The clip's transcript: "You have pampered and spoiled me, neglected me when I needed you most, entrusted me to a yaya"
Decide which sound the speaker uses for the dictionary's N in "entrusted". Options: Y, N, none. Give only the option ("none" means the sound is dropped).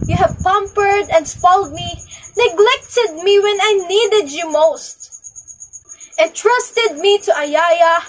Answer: none